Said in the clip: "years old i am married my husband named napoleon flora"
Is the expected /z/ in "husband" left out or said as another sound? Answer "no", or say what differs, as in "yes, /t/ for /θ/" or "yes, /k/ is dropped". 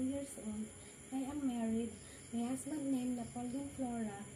yes, /s/ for /z/